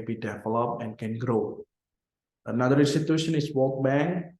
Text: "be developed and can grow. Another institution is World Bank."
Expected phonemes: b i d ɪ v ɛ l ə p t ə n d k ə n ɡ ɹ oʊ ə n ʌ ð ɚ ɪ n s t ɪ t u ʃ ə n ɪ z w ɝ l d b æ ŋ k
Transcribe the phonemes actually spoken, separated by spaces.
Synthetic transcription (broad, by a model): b i d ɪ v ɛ l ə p ə n k ə n ɡ ɹ oʊ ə n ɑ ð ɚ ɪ n s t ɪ t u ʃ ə n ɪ s w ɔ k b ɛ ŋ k